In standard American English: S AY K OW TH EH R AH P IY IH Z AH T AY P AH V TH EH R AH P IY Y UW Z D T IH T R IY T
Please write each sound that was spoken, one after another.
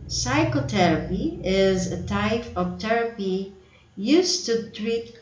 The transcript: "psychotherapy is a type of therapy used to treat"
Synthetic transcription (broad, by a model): S AY K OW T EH R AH P IY IH Z AH T AY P AH V T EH R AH P IY Y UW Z T IH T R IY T